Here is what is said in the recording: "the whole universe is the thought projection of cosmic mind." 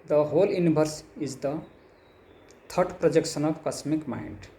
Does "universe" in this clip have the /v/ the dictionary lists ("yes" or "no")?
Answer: no